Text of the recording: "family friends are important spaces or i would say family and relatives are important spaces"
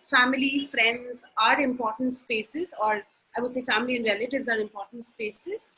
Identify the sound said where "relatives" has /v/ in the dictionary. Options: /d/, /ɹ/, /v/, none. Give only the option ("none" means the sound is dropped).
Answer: /v/